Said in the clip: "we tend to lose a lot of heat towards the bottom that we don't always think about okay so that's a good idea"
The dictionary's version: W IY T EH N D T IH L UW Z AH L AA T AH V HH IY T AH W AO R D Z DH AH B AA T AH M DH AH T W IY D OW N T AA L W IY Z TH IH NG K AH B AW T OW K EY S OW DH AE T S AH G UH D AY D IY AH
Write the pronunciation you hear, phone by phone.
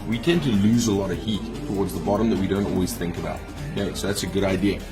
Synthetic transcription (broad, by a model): W IY T EH N T IH L UW Z AH L AA T AH V HH IY T AH W AO R D Z DH AH B AA T AH M DH AH T W IY D OW N T AA L W IY Z TH IH NG K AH B AW T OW UH S OW DH AE T S AH G UH D AY D IY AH